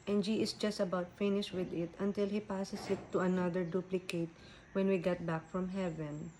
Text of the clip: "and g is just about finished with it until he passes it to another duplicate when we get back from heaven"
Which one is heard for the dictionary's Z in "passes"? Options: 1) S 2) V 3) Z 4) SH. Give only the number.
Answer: 1